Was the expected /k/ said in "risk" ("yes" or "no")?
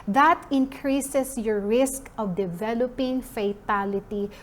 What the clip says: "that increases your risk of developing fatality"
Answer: yes